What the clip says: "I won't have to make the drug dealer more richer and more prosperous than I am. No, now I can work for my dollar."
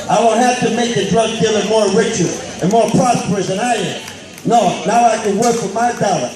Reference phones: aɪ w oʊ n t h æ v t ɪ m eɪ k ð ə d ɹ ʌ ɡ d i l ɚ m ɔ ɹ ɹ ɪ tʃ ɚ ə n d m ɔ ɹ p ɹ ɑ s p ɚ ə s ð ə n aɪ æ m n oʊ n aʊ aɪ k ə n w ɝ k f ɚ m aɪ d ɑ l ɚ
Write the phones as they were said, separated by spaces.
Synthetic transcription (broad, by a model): aɪ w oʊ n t h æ f t ɪ m eɪ k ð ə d ɹ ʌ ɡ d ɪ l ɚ m ɔ ɹ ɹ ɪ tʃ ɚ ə n m ɔ ɹ p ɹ ɑ s p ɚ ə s ð ə n aɪ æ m n oʊ n aʊ aɪ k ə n w ɝ k f ɚ m aɪ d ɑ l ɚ